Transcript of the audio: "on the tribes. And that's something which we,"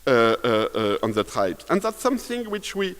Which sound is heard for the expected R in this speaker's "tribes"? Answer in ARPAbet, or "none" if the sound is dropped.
none